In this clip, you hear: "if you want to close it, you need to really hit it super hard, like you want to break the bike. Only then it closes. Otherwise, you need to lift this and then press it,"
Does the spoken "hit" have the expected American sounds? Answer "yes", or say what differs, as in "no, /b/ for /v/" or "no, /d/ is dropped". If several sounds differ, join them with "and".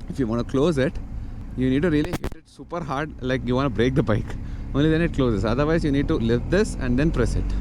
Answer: yes